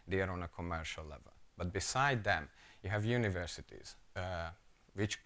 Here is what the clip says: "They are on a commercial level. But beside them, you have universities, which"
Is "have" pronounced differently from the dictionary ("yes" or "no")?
no